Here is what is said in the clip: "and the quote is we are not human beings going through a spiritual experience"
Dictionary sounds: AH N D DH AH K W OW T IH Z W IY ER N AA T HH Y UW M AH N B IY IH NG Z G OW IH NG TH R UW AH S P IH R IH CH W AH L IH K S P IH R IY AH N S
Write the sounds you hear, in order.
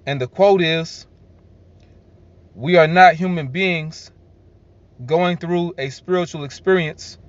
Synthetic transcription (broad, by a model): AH N DH AH K W OW T IH Z W IY ER N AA T HH Y UW M AH N B IY IH NG Z G OW IH NG TH R UW AH S P IH R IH CH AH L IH K S P IH R IY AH N S